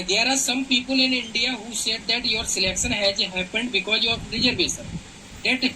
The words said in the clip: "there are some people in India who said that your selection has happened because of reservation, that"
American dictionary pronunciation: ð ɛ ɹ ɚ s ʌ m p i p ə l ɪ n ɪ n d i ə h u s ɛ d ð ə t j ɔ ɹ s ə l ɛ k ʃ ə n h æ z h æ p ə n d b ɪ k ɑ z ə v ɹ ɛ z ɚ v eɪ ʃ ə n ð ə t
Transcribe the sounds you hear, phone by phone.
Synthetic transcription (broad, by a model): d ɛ ɹ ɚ s ʌ m p i p ə l ɪ n ɪ n d i ə h u s ɛ d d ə t j ɔ ɹ s ə l ɛ k ʃ ə n h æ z h æ p ə n d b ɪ k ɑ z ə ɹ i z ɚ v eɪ s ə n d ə t